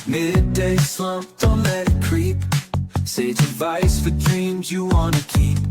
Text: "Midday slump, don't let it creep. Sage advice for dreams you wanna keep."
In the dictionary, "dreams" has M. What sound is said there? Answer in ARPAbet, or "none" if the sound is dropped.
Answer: M